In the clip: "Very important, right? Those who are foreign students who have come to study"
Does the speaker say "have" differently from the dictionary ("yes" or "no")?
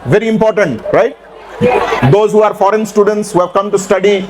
no